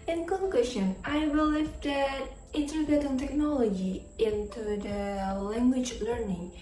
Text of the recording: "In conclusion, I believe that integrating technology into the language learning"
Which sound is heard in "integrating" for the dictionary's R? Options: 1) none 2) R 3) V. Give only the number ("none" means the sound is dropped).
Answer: 1